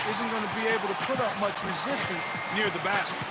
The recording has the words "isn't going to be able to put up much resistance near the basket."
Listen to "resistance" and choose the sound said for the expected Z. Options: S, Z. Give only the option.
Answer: Z